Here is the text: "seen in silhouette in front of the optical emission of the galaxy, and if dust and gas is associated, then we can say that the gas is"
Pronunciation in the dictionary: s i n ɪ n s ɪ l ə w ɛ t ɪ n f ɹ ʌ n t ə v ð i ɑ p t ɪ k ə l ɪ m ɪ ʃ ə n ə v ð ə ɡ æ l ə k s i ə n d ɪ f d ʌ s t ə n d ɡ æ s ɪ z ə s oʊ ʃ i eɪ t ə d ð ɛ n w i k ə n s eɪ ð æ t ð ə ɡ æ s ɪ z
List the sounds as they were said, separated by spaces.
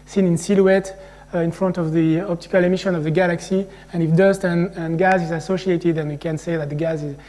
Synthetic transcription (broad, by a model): s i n ɪ n s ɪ l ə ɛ t ɪ n f ɹ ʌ n t ə v ð i ɑ p t ɪ k ə l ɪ m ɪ ʃ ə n ə v ð ə ɡ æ l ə k s i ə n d ɪ f d ʌ s t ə n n ɡ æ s ɪ z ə s oʊ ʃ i eɪ t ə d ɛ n w i k ə n s eɪ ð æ t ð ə ɡ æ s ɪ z